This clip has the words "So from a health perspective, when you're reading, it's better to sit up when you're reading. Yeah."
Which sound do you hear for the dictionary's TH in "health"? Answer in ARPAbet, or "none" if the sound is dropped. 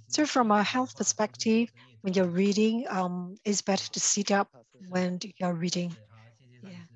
TH